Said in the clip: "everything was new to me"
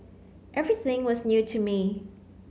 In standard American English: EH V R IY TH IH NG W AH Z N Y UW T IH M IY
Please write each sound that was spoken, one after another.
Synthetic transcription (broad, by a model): EH V R IY TH IH NG W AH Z N Y UW T IH M IY